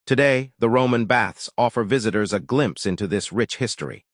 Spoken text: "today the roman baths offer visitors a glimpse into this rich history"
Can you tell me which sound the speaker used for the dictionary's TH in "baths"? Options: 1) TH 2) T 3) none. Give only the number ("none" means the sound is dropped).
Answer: 1